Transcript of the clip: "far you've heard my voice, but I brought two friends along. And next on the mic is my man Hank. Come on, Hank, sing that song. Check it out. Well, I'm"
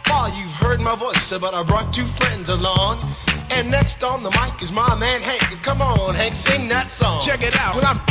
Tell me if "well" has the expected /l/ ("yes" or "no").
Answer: no